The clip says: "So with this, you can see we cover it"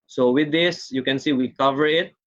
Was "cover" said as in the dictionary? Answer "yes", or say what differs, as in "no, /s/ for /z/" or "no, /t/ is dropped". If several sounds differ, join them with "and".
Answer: yes